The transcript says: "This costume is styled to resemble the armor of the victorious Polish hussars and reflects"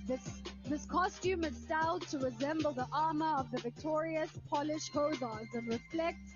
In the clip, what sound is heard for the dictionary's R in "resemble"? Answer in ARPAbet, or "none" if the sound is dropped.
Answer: R